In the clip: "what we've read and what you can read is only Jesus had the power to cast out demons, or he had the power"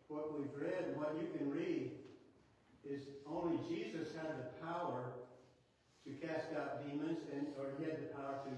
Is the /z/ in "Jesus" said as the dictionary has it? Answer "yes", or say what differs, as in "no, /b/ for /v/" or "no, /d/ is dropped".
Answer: yes